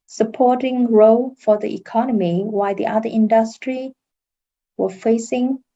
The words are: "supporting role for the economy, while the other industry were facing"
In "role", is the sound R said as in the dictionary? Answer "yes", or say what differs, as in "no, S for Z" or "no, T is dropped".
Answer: yes